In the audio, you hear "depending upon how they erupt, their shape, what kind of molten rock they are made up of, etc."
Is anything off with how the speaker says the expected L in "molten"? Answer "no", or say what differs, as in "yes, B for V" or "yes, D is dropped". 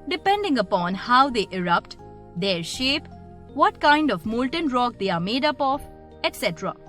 no